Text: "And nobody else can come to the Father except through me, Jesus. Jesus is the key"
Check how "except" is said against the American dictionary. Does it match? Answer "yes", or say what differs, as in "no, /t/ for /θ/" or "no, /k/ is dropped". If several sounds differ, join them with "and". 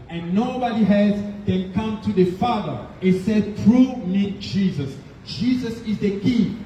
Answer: no, /k/ is dropped